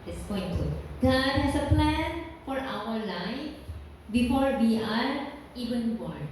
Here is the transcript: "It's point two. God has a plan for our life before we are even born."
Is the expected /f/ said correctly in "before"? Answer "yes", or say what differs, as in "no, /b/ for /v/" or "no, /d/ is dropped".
yes